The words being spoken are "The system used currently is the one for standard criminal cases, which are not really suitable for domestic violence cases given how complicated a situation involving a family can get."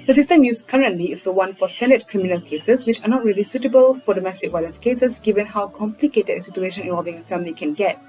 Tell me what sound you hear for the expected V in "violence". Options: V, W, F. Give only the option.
W